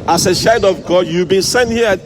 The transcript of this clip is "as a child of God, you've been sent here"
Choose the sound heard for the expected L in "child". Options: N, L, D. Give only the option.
N